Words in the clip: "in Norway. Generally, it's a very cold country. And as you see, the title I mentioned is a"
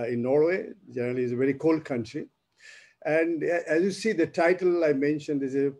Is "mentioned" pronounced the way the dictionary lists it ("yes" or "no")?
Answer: yes